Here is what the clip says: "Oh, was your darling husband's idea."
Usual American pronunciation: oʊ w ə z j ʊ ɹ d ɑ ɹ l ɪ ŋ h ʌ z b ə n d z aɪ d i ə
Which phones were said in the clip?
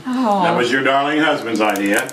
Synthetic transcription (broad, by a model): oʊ w ə z j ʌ ɹ d ɑ ɹ l ɪ ŋ h ʌ z b ə n d z aɪ d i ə